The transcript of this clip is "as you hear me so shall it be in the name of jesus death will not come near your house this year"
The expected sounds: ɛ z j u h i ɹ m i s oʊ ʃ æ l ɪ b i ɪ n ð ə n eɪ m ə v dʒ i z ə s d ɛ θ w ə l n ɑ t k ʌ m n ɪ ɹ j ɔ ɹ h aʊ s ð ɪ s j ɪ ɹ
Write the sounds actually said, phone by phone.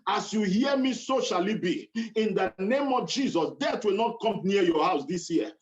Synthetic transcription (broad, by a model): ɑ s j u h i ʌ m i s oʊ ʃ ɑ l ɪ b i ɪ n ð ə n eɪ m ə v dʒ i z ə s d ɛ t w ə l n ɑ t k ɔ m n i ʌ j ɔ h aʊ s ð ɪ s j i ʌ